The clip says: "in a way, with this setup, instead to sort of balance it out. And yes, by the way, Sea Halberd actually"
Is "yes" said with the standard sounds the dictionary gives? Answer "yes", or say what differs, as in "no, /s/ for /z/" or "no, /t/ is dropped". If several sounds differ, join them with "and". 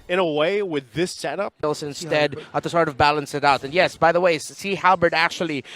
yes